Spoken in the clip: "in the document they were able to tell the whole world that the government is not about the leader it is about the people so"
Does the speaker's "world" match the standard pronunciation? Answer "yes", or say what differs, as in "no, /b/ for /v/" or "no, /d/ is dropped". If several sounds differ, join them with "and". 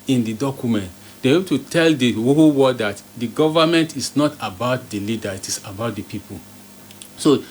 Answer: no, /l/ is dropped